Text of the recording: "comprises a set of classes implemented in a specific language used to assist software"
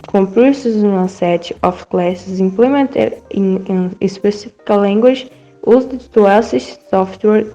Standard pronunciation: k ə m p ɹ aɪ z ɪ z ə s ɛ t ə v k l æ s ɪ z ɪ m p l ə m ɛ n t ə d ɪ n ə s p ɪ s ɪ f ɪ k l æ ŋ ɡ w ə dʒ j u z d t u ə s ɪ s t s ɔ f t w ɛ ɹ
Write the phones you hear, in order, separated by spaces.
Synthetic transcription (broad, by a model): k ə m p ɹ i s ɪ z ə s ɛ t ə f k l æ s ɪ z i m p l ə m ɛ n t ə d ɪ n ə s p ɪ s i f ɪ k l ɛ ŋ ɡ w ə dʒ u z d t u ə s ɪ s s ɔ f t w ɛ ɹ